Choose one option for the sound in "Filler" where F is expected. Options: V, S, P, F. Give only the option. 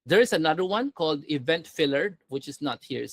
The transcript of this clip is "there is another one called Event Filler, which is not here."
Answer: F